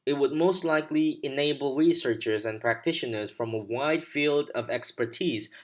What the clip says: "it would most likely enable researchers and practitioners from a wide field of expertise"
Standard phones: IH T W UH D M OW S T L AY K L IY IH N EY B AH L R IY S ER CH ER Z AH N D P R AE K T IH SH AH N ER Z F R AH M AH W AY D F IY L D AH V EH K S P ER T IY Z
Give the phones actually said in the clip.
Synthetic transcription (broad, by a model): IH T W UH D M OW S T L AY K L IY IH N EY B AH L R IY S ER CH ER Z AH N P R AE K T IH SH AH N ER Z F R AH M AH W AY D F IY L D AH V EH K S P ER T IY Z